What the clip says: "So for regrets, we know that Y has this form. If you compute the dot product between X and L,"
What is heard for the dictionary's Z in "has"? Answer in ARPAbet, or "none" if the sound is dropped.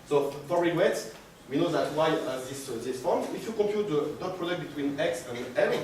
S